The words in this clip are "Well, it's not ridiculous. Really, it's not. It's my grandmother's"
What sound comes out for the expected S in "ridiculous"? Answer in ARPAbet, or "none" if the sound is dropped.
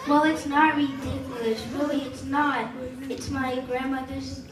SH